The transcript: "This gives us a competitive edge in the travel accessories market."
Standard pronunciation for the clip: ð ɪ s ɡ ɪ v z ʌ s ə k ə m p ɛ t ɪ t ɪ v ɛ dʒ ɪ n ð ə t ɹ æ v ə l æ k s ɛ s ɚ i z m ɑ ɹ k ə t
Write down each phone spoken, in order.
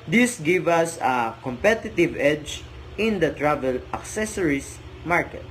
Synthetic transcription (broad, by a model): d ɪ s ɡ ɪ v ʌ s ə k ə m p ɛ t ɪ t ɪ v ɛ dʒ ɪ n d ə t ɹ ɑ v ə l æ k s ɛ s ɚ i s m ɑ ɹ k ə t